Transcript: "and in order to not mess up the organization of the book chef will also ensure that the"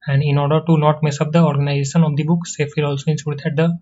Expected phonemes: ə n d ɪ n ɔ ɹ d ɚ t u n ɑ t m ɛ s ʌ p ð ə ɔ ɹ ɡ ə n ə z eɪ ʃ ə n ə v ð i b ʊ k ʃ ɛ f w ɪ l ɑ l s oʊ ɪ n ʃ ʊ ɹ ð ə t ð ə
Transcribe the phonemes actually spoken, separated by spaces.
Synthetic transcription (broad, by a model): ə n d ɪ n ɔ ɹ d ɚ t u n ɑ t m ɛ s ʌ p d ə ɔ ɹ ɡ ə n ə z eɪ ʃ ə n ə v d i b ʊ k s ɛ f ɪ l ɑ l s oʊ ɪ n s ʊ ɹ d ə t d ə